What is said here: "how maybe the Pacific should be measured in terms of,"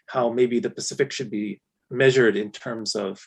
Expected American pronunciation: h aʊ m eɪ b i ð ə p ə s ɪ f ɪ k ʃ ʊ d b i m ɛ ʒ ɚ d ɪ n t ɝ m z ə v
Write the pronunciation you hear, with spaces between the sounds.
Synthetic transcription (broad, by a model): h aʊ m eɪ b i ð ə p ə s ɪ f ɪ k ʃ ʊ d b i m ɛ ʒ ɚ d ɪ n t ɝ m z ə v